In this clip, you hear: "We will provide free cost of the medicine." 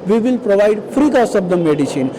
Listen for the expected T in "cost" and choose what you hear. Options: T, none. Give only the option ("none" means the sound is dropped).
none